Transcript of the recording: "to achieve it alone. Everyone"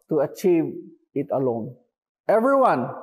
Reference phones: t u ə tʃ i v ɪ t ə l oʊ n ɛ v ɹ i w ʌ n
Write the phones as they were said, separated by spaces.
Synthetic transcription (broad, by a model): t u ə tʃ i v ɪ t ə l oʊ n ɛ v ɹ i w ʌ n